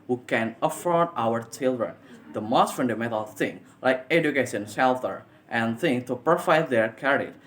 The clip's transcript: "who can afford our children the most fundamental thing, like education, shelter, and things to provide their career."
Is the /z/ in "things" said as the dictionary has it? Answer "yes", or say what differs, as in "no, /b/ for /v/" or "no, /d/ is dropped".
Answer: no, /z/ is dropped